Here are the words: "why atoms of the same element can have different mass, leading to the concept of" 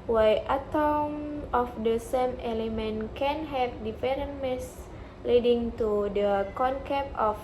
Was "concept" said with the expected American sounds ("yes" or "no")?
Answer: no